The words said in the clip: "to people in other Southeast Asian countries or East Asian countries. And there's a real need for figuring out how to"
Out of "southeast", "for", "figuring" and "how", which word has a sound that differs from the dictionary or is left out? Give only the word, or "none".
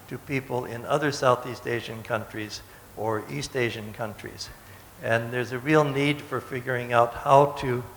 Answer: none